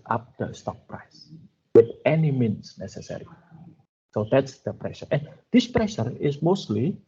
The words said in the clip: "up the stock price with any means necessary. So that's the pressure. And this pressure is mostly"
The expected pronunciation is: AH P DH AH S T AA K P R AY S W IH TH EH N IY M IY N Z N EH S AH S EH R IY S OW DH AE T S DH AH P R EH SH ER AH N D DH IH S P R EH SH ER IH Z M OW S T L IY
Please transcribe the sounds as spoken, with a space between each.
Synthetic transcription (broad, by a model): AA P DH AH S T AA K P R AY S W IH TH EH N IY M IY N S N EH S AH S EH R IY S OW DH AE T S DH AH P R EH SH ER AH N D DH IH S P R EH SH ER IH S M OW S T L IY